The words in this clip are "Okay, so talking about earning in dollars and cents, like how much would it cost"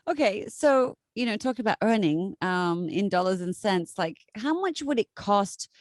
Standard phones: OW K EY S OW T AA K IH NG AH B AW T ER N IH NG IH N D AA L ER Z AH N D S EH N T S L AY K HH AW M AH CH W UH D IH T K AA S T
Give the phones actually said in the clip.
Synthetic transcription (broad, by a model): OW K EY S OW T AA K IH NG AH B AW T ER N IH NG IH N D AA L ER Z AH N S EH N T S L AY K HH AW M AH CH W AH D IH T K AA S T